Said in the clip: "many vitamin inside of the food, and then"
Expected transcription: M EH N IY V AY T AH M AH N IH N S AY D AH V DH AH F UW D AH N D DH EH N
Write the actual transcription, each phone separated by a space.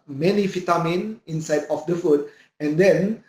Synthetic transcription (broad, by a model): M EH N IY F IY T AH M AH N IH N S AY D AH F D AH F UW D AH N D EH N